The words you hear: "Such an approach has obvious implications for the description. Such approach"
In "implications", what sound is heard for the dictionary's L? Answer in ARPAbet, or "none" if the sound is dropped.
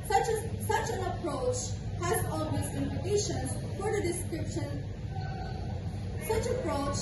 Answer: none